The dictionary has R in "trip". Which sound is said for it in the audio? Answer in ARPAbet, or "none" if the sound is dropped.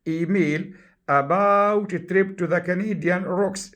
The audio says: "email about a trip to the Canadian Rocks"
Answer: R